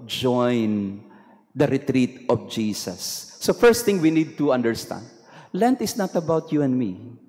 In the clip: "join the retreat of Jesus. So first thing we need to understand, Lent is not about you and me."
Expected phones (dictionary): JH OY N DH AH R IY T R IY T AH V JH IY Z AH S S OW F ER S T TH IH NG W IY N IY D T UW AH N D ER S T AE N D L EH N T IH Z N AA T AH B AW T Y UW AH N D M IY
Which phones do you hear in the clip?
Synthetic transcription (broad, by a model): JH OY N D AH R IY T R IY T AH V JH IY S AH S S OW F ER S T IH NG W IY N IY D T UW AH N D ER S T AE N D L EH N T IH S N AA T AH B AW T Y UW AH N D M IY